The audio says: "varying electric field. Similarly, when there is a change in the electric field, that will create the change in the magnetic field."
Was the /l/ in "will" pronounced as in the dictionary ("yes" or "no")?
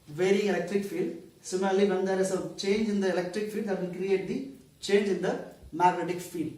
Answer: no